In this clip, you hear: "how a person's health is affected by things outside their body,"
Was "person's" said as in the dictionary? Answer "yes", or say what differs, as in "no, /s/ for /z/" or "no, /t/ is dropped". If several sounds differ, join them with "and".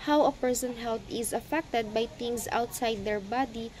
no, /z/ is dropped